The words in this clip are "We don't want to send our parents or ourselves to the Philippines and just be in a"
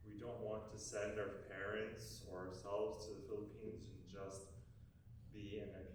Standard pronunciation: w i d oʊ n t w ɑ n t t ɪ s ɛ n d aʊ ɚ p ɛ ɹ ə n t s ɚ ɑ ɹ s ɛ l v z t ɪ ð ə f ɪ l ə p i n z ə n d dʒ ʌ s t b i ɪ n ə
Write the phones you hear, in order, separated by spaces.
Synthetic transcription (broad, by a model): w i d oʊ n t w ɑ n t t ɪ s ɛ n d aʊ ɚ p ɛ ɹ ə n t s ɚ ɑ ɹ s ɛ l v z t ɪ ð ə f ɪ l ə p i n z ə n dʒ ʌ s t b i ɪ n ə